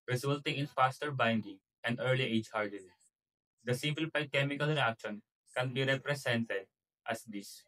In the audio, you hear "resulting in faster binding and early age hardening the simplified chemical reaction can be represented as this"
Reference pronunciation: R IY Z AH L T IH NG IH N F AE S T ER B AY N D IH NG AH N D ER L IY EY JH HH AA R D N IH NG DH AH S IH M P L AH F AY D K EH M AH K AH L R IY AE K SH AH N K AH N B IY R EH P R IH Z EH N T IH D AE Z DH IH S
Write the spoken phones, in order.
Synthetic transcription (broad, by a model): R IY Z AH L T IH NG IH N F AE S T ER B AY N D IH NG AH N D ER L IY EY JH HH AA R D IH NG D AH S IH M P L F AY K EH M AH K AH L R IY AE K SH AH N K AH N B IY R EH P R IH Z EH N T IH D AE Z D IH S